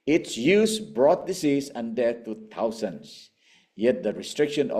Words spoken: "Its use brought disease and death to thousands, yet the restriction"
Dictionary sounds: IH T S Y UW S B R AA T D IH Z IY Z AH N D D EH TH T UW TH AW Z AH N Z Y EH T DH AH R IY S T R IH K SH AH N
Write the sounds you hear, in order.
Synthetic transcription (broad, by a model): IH T S Y UW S B R AA T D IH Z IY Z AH N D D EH T UW T AW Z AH N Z Y EH T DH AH R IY S T R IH K SH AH N